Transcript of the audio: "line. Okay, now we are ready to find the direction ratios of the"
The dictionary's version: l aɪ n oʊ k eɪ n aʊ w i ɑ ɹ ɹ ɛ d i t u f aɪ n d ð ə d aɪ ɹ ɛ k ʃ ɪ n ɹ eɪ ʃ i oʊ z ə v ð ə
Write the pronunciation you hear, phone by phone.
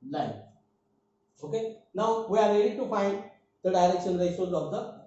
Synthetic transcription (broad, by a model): l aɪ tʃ oʊ k eɪ n aʊ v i ɑ ɹ ɹ ɛ d i t u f aɪ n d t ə d aɪ ɹ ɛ k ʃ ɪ n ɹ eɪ i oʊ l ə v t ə